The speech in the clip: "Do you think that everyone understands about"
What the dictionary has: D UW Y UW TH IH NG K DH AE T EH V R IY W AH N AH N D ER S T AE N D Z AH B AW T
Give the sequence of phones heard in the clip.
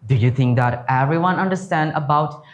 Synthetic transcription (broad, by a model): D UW Y UW T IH NG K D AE T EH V R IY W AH N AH N D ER S T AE N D AH B AW T